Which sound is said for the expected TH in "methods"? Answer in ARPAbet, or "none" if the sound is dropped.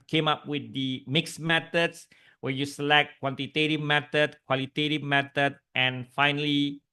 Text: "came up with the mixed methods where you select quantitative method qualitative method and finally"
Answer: T